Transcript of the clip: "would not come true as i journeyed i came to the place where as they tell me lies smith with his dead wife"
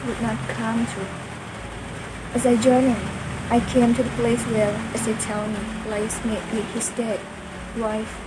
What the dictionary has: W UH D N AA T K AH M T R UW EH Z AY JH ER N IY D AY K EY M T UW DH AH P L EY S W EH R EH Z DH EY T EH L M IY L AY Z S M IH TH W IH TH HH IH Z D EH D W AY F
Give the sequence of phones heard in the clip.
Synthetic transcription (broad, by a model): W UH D N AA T K AH M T UW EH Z AY JH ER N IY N AY K EY M T UW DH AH P L EY S W EH R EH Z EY T EH L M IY L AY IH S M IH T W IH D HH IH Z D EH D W AY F